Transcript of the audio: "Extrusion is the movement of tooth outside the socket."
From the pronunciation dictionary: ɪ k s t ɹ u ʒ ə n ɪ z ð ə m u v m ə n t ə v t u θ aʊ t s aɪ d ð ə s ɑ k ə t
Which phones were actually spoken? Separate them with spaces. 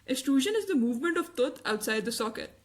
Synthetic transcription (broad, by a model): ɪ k s t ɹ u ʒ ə n ɪ z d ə m u v m ə n t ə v t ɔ t aʊ t s aɪ d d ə s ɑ k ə t